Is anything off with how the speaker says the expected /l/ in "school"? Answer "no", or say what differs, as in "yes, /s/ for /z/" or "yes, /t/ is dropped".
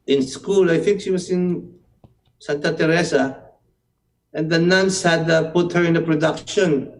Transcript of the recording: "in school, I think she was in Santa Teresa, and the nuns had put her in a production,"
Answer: no